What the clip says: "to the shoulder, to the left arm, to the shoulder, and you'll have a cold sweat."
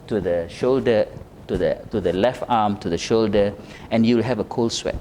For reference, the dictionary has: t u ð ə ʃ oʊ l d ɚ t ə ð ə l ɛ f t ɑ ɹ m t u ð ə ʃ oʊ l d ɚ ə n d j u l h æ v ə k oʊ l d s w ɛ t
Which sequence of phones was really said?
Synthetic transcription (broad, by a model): t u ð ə ʃ oʊ l d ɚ t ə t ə l ɛ f t ɑ m t u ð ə ʃ oʊ l d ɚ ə n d j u l h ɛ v ə k oʊ l s w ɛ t